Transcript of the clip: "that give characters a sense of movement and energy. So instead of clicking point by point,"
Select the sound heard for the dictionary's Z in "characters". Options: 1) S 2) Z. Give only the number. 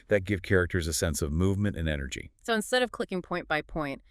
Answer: 2